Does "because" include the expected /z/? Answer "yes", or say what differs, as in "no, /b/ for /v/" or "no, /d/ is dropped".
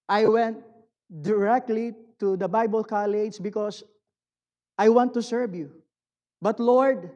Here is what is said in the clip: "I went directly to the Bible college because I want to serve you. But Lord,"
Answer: no, /s/ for /z/